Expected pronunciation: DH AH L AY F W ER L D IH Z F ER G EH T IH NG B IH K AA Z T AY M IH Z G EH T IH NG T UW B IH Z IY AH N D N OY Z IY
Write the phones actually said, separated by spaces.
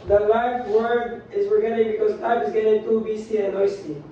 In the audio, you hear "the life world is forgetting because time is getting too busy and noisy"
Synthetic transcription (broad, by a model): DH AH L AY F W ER D IH Z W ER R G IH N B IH K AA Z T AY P IH Z G EH T IH NG T UW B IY S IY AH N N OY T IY